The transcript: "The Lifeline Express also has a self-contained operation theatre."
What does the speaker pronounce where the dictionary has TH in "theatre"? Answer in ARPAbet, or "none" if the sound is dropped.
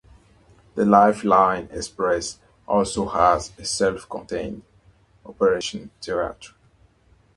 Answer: T